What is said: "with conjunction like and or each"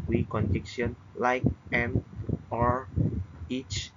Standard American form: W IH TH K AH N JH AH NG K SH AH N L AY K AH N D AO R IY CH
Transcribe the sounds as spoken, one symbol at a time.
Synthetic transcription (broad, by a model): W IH K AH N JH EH K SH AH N L AY K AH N AO R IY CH